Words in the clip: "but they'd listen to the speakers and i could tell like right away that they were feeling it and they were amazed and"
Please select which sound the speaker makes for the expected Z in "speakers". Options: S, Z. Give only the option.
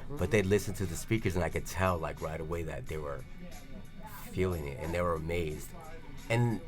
Z